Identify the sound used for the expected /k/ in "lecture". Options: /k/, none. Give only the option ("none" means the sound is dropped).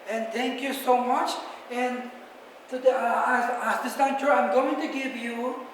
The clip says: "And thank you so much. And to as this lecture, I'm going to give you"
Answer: none